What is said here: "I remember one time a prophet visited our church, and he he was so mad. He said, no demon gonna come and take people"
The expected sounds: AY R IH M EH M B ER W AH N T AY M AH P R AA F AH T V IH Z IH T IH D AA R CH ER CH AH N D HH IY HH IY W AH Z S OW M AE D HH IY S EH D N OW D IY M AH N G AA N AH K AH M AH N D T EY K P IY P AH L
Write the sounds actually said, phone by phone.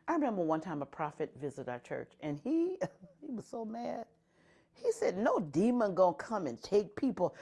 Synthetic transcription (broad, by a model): AY R IH M EH M B ER W AH N T AY M AH P R AA F AH T V IH Z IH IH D AA R CH ER CH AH N IY HH IY W AH Z S OW M AE D HH IY S EH D N OW D IY M AH N G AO AH K AH M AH N T EY K P IY P L